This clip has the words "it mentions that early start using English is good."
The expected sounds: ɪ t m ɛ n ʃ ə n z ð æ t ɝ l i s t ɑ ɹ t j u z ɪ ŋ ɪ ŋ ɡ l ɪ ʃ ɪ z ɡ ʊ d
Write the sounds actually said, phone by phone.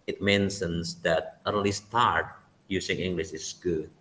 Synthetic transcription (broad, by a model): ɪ t m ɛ n s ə n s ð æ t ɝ l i s t ɑ ɹ t j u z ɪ ŋ ɪ ŋ ɡ l ɪ ʃ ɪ s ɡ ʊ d